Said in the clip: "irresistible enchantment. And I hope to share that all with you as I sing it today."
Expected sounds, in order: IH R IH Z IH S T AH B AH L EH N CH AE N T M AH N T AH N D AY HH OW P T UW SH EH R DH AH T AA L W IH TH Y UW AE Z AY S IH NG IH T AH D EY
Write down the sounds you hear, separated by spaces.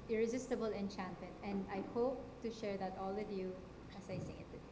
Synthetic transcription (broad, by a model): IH R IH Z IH S T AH B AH L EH N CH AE N T AH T AH N D AY HH OW P T UW SH EH R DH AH T AA L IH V Y UW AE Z AY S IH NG IH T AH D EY